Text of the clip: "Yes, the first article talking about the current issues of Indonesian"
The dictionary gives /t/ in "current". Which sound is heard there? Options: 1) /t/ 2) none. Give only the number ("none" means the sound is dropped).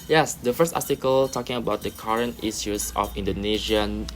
1